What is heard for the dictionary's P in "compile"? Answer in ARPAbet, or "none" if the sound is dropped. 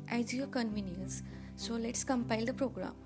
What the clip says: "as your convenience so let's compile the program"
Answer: P